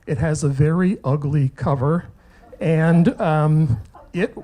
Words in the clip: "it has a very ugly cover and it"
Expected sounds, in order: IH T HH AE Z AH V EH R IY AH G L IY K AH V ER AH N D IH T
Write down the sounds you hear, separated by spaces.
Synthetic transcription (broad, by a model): IH T HH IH Z AH V EH R IY AH G L IY K AH V ER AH N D IH T